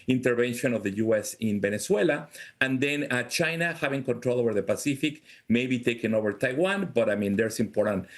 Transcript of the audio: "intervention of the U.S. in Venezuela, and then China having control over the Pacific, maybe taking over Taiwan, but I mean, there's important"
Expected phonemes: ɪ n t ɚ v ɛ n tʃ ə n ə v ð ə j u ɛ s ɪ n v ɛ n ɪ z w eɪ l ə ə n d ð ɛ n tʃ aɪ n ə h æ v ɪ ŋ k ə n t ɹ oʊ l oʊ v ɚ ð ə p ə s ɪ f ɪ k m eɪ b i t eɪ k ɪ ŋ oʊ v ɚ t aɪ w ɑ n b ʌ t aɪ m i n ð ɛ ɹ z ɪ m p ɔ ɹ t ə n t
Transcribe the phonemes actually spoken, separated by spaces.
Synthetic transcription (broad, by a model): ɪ n t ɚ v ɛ n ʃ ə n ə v ð ə j u ɛ s ɪ n b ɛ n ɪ s w eɪ l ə ə n d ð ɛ n tʃ aɪ n ə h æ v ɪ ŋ k ə n t ɹ oʊ l oʊ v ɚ ð ə p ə s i f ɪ k m eɪ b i t eɪ k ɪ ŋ oʊ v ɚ t aɪ w ɑ n b ʌ t aɪ m i n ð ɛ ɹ s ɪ m p ɔ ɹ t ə n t